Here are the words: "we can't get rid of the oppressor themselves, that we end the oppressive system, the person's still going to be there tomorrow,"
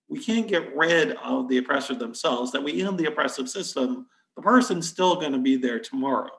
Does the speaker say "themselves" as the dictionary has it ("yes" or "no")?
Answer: yes